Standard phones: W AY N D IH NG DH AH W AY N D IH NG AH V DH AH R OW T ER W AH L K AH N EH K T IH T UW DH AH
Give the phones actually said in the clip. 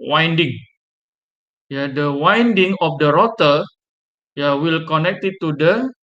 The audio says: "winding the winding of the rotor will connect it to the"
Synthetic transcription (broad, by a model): W AY N D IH NG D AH W AY N D IH NG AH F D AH R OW T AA W AH L K AH N EH K T IH T UW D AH